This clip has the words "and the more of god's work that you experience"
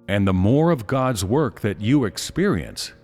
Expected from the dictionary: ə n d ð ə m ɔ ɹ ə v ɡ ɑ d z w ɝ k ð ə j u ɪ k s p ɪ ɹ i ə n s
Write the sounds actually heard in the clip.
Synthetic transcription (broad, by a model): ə n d ð ə m ɔ ɹ ə v ɡ ɑ d z w ɝ k ð ə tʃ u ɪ k s p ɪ ɹ i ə n s